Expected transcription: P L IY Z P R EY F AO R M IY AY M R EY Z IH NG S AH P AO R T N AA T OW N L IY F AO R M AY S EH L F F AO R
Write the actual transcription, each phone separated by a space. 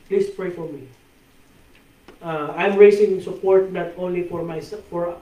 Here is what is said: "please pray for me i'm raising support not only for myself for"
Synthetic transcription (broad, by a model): P L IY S P R EY F AO R M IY AY M R EY S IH NG S AH P AO R T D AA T OW N L IY F AO R M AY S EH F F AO R